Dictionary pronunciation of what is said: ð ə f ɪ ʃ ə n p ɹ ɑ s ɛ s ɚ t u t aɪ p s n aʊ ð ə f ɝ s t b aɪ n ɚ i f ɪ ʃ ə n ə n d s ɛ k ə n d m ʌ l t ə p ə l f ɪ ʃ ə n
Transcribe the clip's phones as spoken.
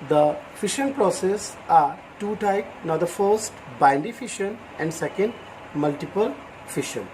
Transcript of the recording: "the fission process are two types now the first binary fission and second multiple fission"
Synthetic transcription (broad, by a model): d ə f ɪ ʃ ə n p ɹ ɑ s ɛ s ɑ t u t aɪ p n aʊ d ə f ɝ s t b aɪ n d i f ɪ ʃ ə n ə n d s ɛ k ə n d m ʌ l t ə p ə l f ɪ ʃ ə n